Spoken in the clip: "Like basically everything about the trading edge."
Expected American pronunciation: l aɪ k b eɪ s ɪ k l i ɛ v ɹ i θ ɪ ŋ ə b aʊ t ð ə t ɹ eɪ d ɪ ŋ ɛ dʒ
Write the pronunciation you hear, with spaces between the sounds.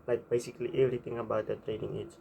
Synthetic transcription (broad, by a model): l aɪ k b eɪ s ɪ k l i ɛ v ɹ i t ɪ ŋ ə b aʊ t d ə t ɹ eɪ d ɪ ŋ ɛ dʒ